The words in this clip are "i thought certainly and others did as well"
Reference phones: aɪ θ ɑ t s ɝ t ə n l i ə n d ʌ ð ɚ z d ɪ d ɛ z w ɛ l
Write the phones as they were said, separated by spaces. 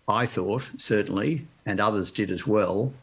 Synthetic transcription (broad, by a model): aɪ θ ɑ t s ɝ t n l i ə n ʌ ð ɚ z d ɪ d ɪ z w ɛ l